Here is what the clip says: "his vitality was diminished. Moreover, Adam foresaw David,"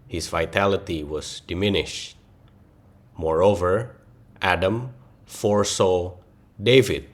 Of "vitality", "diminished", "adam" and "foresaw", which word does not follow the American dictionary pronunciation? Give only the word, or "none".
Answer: none